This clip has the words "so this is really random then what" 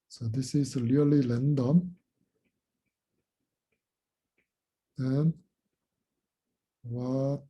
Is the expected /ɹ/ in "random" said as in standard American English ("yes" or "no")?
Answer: no